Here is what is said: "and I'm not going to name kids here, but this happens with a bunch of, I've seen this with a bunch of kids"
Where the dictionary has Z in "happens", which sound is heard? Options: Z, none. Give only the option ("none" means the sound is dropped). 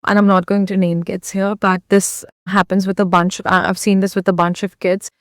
Z